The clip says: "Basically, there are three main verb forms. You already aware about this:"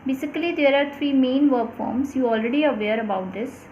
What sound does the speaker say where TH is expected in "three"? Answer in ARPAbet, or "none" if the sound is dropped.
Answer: T